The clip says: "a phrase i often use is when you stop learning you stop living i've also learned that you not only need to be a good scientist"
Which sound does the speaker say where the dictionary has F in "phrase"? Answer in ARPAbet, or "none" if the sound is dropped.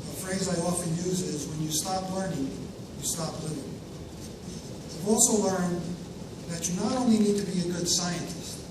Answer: F